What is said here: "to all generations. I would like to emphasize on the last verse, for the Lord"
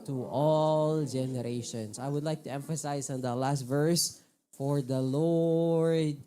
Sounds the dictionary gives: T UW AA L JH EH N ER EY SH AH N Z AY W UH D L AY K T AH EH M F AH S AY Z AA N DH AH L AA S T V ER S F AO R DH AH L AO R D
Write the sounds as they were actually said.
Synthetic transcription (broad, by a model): T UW AA L JH EH N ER EY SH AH N S AY W UH D L AY K T AH EH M F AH S AY S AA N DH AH L AA S T V ER S F AO R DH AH L AO R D